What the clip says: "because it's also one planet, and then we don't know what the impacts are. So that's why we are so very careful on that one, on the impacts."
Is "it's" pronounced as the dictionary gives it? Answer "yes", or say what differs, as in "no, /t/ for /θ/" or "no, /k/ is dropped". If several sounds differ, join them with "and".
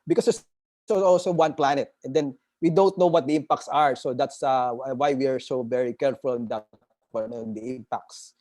no, /s/ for /t/